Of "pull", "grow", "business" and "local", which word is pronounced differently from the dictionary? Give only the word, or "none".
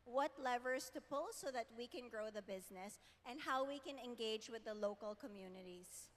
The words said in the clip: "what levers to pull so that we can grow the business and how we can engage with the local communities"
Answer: none